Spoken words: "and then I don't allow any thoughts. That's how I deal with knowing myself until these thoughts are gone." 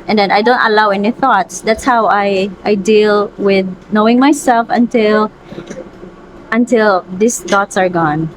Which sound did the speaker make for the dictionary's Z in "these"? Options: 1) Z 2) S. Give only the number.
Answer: 2